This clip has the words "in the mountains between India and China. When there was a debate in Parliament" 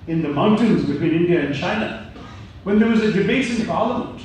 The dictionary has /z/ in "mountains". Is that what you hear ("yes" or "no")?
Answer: yes